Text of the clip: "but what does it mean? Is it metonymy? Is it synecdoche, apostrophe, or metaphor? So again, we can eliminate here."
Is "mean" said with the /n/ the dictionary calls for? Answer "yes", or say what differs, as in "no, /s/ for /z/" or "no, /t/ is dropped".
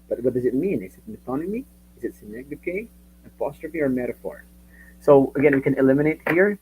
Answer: yes